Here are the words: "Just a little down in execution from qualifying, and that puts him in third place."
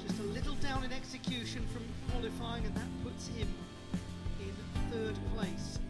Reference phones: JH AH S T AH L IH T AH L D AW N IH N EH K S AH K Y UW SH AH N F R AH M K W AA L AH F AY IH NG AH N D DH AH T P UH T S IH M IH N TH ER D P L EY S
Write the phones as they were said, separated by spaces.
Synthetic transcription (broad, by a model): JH AH S T AH L IH T L D AW N IH N EH K S AH K Y UW SH AH N F R AH M K W AA L AH F AY IH NG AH N DH AH T P UH T S IH M IH N TH ER D P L EY S